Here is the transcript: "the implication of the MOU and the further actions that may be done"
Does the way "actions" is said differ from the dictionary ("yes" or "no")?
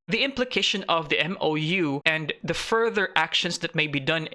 yes